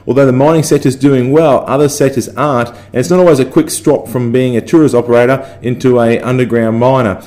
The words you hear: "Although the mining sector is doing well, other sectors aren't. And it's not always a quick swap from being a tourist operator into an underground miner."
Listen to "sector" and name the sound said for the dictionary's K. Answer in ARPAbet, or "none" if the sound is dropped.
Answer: none